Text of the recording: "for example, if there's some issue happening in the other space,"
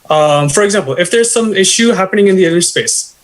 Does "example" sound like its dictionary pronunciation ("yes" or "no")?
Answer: yes